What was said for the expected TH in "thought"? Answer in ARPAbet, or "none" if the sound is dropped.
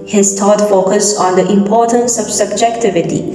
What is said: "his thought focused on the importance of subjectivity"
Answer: T